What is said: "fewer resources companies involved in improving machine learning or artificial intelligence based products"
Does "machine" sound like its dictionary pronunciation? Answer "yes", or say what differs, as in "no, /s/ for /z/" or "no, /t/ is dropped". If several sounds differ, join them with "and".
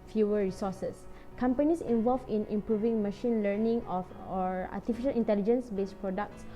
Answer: yes